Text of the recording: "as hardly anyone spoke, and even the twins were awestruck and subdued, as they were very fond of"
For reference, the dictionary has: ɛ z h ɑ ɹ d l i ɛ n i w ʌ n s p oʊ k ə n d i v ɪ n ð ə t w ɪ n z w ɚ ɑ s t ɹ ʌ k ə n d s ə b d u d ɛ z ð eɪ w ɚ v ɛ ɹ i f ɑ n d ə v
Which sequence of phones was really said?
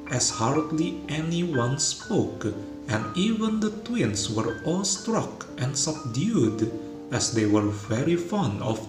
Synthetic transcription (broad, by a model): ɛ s h ɑ ɹ d l i ɛ n i w ʌ n s p oʊ k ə n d i v ɪ n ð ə t w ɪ n s w ɚ ɑ s t ɹ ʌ k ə n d s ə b d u d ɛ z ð eɪ w ɚ v ɛ ɹ i f ɑ n d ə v